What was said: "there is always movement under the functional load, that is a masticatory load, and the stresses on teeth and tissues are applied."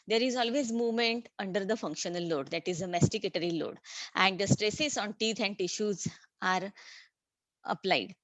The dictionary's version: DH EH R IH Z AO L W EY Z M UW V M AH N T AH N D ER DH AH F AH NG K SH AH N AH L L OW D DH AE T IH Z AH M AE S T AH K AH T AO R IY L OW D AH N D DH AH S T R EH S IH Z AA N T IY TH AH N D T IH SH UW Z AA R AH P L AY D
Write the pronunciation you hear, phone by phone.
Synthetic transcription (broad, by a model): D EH R IH Z AO L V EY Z M UW V M AH N T AH N D ER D AH F AH NG K SH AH N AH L L OW D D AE T IH Z AH M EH S T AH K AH T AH R IY L OW D AH N D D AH S T R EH S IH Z AA N T IY T AH N D T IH SH UW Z AA R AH P L AY D